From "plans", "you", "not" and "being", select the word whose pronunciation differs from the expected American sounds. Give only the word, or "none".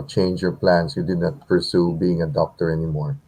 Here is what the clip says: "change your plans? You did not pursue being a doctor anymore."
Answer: plans